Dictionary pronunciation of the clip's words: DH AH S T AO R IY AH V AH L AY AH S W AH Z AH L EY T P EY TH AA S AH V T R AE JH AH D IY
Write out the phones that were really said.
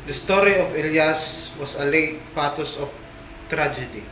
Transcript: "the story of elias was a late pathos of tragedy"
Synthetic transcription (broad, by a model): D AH S T AO R IY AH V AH L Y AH S W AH S AH L EY T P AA T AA S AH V T R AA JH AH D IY